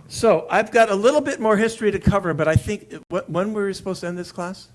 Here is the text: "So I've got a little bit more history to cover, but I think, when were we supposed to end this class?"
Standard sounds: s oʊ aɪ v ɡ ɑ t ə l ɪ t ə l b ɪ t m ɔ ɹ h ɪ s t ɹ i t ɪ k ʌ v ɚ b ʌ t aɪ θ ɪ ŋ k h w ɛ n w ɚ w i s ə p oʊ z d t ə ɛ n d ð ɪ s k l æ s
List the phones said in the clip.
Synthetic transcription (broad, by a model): s oʊ aɪ v ɡ ɑ t ə l ɪ t l b ɪ t m ɔ ɹ h ɪ s t ɹ i t ɪ k ʌ v ɚ b ʌ t aɪ θ ɪ ŋ k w w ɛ n w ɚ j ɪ s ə p oʊ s t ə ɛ n ð ɪ s k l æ s